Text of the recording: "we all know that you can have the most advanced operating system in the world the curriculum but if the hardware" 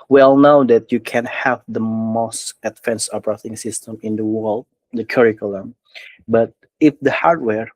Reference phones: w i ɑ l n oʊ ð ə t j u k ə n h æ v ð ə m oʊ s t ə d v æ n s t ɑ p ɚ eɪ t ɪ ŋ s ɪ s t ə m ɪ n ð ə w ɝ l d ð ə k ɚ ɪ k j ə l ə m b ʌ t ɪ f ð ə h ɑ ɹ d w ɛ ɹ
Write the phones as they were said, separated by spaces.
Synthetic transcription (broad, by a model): w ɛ l n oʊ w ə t j u k ə n h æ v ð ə m oʊ s t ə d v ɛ n s ɑ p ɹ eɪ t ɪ ŋ s ɪ s t ə m ɪ n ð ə w ɝ l d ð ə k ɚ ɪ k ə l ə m b ʌ t ɪ f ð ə h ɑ ɹ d w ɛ ɹ